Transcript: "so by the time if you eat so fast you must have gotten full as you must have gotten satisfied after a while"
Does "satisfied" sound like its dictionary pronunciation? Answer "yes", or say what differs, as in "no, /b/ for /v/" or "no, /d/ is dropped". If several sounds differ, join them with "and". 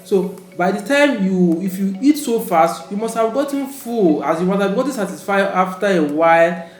no, /d/ is dropped